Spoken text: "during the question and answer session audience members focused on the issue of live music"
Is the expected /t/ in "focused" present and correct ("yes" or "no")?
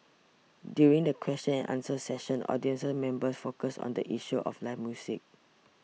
no